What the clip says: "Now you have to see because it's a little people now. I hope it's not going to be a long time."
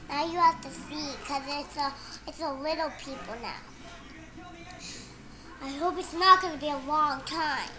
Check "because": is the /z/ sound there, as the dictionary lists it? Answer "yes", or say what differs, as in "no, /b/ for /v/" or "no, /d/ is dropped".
no, /s/ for /z/